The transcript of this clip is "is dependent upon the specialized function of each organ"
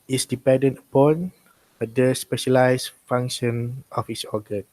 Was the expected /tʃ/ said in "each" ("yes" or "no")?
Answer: no